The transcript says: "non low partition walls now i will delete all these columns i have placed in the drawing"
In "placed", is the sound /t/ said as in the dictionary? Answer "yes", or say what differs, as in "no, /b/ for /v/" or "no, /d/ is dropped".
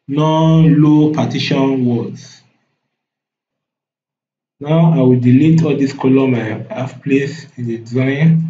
no, /t/ is dropped